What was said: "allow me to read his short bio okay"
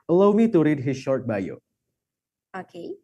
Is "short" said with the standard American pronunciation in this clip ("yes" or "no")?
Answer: yes